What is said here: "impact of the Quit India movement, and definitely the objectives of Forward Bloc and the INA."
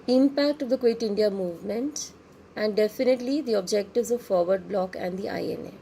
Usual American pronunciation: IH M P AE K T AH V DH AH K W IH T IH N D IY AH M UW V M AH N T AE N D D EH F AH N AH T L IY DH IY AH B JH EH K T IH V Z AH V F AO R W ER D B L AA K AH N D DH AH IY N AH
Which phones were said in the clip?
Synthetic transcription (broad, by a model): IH M P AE K T AH V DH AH K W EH T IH N D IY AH M UW V M AH N T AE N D D EH F AH N AH T L IY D IY AH B JH EH K T IH V Z AH V F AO R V ER D B L AA K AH N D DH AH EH N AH